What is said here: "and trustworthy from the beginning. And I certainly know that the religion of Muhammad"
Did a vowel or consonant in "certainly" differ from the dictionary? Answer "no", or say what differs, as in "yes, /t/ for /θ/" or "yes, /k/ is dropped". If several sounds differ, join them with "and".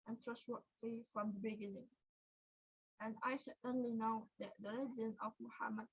yes, /ʃ/ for /s/